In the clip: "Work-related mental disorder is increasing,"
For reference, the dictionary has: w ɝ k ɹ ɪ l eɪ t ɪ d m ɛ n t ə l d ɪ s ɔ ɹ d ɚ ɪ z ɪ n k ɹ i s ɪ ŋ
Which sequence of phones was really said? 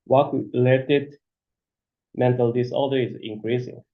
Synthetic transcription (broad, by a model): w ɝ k l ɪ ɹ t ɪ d m ɛ n t ə l d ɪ s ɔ l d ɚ ɪ z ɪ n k ɹ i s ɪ ŋ